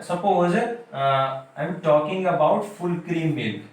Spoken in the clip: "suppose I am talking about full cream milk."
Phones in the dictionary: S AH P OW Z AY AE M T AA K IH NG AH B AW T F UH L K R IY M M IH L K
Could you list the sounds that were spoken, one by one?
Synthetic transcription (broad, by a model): S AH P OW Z AY M T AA K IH NG AH B AW T F UH L K R IY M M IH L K